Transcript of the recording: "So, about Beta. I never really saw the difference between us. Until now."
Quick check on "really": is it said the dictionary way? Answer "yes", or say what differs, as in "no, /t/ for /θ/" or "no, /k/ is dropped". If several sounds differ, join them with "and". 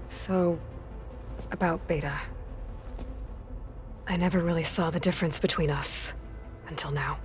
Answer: yes